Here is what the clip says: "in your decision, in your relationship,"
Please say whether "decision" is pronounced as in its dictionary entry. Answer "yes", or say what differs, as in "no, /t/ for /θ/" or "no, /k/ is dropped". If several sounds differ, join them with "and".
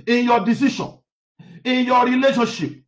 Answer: no, /ʃ/ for /ʒ/